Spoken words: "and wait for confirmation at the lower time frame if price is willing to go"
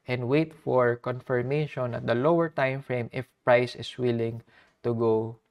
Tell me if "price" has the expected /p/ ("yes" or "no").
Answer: yes